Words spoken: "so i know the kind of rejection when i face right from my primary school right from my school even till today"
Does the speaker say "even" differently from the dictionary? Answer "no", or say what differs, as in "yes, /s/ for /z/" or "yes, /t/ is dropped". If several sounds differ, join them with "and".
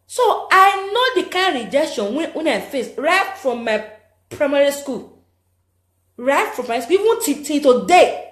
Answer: yes, /w/ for /v/